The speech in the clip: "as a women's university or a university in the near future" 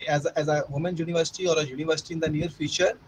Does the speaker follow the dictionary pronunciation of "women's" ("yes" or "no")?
no